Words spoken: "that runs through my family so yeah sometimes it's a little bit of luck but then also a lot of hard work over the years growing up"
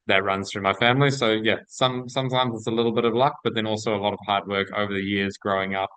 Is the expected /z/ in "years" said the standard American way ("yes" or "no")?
yes